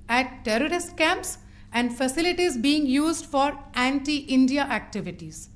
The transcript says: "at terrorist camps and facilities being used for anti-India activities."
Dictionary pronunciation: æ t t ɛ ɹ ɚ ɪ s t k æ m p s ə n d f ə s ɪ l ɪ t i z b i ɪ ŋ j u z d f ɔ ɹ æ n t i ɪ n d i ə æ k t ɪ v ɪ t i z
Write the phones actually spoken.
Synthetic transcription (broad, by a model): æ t t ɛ ɹ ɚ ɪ s t k æ m p s ə n d f ə s ɪ l ɪ t i z b i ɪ ŋ j u z d f ɔ ɹ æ n t i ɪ n d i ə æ k t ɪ v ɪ t i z